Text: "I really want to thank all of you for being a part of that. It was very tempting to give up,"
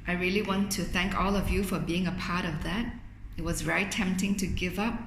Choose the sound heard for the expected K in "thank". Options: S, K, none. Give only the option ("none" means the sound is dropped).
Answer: K